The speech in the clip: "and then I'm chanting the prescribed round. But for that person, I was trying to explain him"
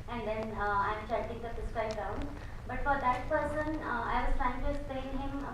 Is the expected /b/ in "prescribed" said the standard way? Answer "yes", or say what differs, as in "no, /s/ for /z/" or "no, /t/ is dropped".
no, /b/ is dropped